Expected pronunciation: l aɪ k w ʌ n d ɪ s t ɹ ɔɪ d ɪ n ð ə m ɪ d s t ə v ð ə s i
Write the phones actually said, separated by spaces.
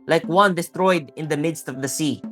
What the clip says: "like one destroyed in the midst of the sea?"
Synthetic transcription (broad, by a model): l aɪ k w ʌ n d ɪ s t ɹ ɔɪ d ɪ n ð ə m ɪ d s t ə v ð ə s i